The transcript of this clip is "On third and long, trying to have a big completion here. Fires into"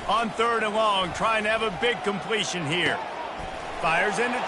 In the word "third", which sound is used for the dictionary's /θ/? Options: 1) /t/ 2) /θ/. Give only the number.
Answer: 2